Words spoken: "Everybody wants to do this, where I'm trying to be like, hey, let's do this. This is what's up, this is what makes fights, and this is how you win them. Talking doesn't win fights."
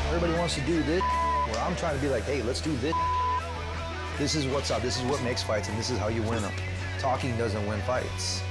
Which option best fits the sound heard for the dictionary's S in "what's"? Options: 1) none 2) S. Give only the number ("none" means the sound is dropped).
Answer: 2